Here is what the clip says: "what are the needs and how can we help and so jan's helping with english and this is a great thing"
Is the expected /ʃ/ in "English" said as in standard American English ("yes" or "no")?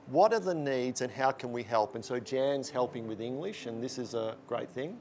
yes